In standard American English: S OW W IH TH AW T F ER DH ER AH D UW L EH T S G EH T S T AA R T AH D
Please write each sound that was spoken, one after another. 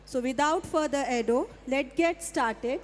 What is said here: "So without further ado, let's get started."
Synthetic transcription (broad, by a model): S OW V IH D AW T F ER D ER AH D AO L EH T G EH T S T AA R T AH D